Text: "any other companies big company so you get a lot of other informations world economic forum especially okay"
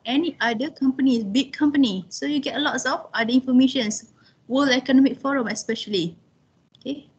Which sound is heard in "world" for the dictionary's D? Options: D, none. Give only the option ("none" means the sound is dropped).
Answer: none